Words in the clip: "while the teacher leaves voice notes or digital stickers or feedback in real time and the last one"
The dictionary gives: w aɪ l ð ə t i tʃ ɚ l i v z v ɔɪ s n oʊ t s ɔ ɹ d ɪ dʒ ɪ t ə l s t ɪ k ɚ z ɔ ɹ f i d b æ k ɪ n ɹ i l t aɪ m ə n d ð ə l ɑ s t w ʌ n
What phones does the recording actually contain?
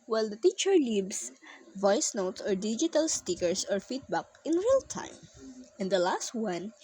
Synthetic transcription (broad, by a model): w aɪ l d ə t i tʃ ɚ l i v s v ɔɪ s n oʊ t s ɔ ɹ d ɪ dʒ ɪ t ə l s t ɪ k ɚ s ɔ ɹ f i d b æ k ɪ n ɹ i l t aɪ m ə n d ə l ɑ s t w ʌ n